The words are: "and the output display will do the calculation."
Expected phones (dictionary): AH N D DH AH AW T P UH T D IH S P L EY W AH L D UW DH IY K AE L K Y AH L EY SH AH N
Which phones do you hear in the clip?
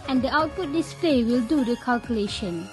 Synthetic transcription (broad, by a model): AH N D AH AW T P UH T D IH S P L EY W AH L D UW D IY K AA L K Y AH L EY SH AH N